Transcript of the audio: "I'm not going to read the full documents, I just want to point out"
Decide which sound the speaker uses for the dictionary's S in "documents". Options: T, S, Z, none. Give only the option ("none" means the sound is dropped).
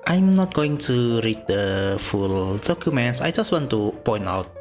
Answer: S